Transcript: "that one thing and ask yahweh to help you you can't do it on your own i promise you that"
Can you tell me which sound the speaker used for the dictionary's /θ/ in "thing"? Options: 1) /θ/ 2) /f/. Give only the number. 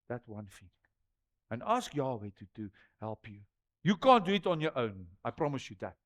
2